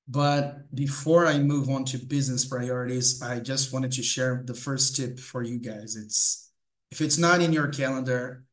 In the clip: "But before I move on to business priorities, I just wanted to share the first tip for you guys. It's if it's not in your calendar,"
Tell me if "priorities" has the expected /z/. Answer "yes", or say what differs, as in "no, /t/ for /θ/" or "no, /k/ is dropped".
yes